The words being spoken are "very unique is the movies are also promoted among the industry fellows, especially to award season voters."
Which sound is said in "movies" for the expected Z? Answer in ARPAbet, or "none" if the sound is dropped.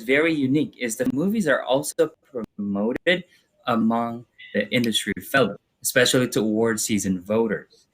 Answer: Z